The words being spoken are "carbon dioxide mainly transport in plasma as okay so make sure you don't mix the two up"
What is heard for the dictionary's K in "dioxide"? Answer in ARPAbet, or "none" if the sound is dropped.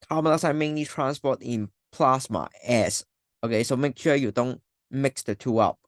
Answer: none